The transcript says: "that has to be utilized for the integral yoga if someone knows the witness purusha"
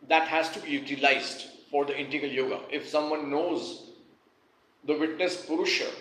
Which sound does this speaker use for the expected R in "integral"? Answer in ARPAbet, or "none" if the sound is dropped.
none